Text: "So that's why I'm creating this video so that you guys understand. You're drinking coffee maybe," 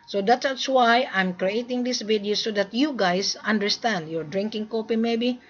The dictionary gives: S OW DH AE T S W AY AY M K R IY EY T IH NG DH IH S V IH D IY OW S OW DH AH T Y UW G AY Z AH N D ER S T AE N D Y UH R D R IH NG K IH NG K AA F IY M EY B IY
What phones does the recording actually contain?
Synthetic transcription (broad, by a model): S OW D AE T S W AY AY M K R IY EY T IH NG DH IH S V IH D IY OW S OW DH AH T Y UW G AY S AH N D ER S T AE N D Y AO R D R IH NG K IH NG K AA P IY M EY B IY